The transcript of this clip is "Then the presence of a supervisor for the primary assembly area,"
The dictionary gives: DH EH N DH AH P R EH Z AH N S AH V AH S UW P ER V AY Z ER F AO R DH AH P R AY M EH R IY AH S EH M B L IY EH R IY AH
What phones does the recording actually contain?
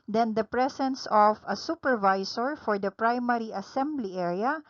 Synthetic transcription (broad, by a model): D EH N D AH P R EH S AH N S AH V AH S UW P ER V AY S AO F AO R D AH P R AY M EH R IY AH S EH M B L IY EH R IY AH